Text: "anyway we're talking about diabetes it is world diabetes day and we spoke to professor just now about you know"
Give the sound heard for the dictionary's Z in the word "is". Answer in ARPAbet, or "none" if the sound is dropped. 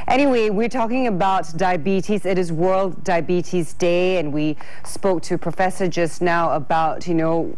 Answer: Z